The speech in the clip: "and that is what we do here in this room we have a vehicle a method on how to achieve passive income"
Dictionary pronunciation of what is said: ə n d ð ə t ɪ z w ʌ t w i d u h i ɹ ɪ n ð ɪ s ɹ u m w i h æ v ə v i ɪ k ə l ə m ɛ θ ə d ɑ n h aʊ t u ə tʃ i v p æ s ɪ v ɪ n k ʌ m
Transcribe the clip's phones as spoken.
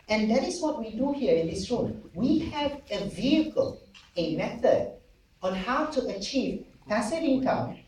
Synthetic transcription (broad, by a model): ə n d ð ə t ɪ s w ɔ t w i d u h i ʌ ɪ n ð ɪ s ɹ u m w i h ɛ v ə v i ɪ k ə l ə m ɛ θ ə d ɑ n h aʊ t u ə tʃ i v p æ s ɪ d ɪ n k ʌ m